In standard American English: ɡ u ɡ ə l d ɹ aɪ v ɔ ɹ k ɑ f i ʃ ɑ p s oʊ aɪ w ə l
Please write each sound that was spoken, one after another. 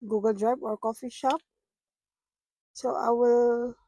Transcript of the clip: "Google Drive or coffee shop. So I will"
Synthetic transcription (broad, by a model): ɡ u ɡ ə l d ɹ aɪ b ɔ ɹ k ɑ f i ʃ ɑ p s oʊ aɪ w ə l